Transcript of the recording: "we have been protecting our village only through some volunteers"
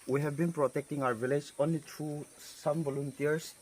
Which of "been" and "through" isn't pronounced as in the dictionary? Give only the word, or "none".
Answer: through